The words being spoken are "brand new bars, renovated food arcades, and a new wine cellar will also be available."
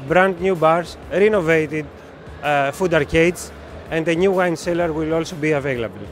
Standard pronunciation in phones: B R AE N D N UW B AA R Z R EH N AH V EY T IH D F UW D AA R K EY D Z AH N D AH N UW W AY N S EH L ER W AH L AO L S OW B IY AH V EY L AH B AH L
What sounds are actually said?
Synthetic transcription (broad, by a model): B R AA N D N UW B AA R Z R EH N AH V EY T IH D F UW D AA R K EY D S AH N D AH N UW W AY N S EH L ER W AH L AO L S OW B IY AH V EY L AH B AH L